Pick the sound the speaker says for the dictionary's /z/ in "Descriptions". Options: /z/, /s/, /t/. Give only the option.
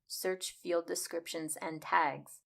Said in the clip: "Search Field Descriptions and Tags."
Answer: /z/